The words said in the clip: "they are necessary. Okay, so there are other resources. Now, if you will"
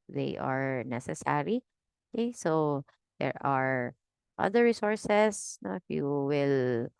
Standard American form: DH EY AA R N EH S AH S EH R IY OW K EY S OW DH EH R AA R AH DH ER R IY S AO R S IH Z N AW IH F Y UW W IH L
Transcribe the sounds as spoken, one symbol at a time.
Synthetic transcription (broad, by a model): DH EY AA R N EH S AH S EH R IY OW K EY S OW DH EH R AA R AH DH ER R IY S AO R S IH S N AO IH F Y UW W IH L